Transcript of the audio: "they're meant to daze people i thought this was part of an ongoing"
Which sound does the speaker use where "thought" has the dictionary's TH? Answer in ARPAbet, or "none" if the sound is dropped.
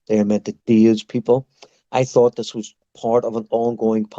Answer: TH